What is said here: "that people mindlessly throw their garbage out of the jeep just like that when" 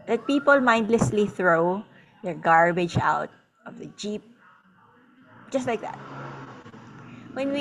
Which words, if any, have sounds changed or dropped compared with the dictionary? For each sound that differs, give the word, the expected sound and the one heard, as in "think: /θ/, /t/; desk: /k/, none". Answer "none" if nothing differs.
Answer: none